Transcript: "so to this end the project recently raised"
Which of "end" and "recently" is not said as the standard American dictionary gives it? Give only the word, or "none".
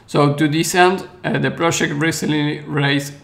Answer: recently